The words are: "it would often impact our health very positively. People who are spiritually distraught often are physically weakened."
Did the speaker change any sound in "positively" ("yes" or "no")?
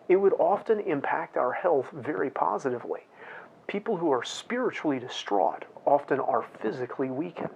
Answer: no